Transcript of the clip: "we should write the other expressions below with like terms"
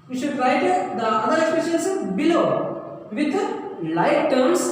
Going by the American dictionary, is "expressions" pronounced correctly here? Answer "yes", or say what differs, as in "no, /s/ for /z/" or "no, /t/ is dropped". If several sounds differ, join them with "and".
no, /ɹ/ is dropped and /s/ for /z/